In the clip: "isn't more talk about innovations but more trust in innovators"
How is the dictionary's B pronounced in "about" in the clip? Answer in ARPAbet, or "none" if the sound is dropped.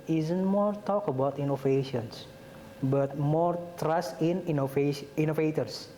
B